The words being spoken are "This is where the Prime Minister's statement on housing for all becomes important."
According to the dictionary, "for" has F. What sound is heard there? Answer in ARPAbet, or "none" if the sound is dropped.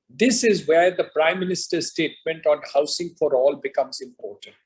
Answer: F